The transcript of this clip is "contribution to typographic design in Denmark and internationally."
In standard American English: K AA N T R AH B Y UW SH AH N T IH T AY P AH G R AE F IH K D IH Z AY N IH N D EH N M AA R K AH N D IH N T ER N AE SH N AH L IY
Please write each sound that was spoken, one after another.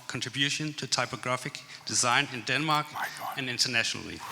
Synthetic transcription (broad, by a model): K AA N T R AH B Y UW SH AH N T IH T AY P AH G R AE F IH K D IH Z AY N IH N D EH N M AA R K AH N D IH N T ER N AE SH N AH L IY